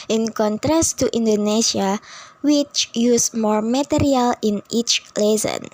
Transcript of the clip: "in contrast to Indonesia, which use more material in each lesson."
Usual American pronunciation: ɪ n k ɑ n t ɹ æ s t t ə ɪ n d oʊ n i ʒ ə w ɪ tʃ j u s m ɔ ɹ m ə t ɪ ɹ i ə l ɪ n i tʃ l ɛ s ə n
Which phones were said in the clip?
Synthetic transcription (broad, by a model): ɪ n k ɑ n t ɹ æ s t t ə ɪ n d oʊ n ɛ s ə w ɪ tʃ j u s m ɔ ɹ m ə t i ɹ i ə l ɪ n i tʃ l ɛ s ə n